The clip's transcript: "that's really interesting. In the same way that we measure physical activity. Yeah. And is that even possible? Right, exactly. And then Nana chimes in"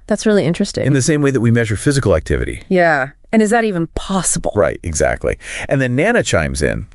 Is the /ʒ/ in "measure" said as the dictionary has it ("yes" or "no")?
yes